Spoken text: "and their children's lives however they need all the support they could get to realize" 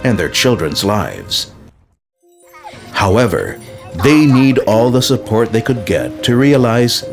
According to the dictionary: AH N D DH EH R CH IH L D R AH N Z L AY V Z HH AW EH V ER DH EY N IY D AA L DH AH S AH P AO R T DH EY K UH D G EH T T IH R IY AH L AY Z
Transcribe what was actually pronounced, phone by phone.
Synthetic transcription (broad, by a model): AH N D DH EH R CH IH L D R AH N Z L AY V Z HH AW EH V ER DH EY N IY D AA L DH AH S AH P AO R T DH EY K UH D G EH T T IH R IY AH L AY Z